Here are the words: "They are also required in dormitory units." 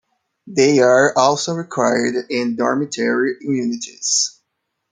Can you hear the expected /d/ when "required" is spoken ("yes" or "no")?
yes